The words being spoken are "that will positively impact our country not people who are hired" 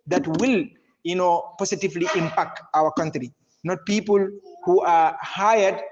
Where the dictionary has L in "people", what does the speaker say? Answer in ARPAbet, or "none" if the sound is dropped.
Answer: L